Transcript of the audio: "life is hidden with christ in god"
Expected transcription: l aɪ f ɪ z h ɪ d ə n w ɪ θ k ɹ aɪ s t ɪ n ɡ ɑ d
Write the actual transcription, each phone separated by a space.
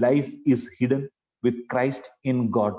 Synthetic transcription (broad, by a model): l aɪ f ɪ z h ɪ d ə n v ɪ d k ɹ aɪ s t ɪ n ɡ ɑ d